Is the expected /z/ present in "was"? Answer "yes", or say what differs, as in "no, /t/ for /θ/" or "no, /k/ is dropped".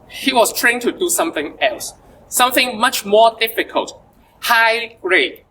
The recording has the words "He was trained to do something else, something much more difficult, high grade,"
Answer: no, /s/ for /z/